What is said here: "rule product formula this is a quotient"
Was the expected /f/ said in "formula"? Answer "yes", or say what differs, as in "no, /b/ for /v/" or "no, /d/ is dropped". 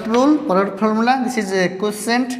no, /p/ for /f/